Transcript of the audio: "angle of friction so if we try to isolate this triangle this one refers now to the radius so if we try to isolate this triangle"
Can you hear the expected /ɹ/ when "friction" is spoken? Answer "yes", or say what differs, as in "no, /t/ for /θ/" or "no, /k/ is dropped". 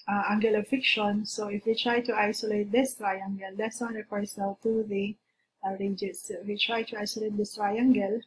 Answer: no, /ɹ/ is dropped